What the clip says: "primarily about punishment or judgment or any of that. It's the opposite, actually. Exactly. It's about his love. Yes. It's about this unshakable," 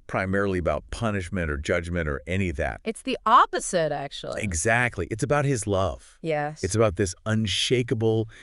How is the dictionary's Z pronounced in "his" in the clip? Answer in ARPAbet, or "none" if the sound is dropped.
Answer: Z